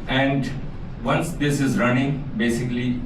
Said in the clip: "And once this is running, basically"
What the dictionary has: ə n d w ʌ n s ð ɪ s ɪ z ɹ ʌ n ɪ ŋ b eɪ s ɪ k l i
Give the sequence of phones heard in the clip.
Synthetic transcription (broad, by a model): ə n d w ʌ n s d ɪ s ɪ z ɹ ʌ n ɪ ŋ b eɪ s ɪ k l i